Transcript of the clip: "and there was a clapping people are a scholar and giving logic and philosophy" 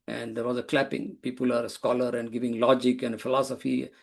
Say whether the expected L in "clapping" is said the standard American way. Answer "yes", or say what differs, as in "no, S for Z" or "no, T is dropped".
yes